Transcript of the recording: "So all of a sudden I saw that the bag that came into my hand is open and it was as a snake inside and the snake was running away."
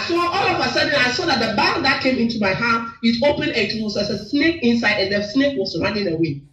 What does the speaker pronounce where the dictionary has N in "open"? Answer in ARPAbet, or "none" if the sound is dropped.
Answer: N